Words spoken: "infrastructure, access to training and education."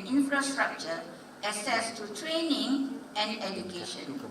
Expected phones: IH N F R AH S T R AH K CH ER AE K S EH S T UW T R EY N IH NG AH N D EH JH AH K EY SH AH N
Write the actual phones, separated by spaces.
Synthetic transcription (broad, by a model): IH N F R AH S T R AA K CH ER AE S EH S T UW T R EY N IH NG AH N D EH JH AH K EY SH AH N